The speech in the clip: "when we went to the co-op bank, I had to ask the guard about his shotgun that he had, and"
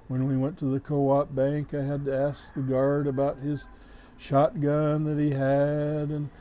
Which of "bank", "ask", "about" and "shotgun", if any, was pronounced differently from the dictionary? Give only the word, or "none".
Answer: none